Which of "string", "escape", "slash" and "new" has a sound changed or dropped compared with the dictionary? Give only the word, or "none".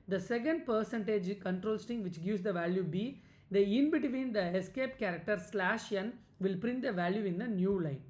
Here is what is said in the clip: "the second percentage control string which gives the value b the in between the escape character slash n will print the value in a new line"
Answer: string